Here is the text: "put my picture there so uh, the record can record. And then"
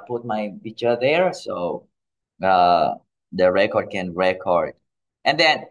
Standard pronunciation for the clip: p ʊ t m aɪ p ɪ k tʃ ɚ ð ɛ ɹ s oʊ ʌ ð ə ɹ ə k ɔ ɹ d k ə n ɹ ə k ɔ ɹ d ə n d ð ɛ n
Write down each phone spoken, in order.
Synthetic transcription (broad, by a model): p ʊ t m aɪ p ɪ tʃ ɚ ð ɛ ɹ s oʊ ʌ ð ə ɹ ə k ɔ ɹ d k ə n ɹ ə k ɔ ɹ d ə n d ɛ n